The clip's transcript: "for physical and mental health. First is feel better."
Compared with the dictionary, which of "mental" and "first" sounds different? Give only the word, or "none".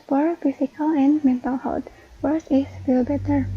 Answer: first